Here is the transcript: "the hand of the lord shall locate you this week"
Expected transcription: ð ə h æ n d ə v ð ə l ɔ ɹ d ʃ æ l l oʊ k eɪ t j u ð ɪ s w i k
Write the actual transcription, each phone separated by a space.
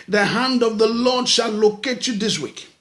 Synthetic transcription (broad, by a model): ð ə h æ n d ə v ð ə l ɔ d ʃ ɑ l l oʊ k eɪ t j u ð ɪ s w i k